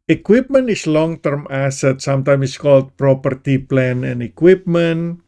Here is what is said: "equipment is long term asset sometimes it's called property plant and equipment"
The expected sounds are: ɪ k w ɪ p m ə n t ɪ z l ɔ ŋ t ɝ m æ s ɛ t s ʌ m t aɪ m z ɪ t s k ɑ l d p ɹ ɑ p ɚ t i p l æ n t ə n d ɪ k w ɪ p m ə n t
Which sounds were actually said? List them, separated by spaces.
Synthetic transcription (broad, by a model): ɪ k w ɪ p m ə n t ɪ s l ɔ ŋ t ɝ m æ s ɛ t s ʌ m t aɪ m ɪ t s k ɑ l d p ɹ ɑ p ɚ t i p l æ n ə n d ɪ k w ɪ p m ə n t